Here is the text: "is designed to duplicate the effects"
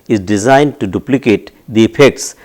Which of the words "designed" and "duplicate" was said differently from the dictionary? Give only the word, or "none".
none